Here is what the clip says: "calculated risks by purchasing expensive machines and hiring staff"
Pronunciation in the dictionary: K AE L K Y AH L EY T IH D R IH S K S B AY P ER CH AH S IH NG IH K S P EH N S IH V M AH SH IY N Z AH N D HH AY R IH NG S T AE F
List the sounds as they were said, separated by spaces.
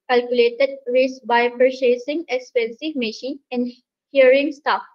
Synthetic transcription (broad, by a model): K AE L K Y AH L EY T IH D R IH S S B AY P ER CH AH S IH NG IH K S P EH N S IH V M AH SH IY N AH N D HH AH R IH NG S T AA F